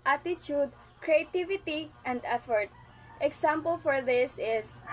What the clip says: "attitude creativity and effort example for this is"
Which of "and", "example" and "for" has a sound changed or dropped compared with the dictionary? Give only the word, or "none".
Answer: example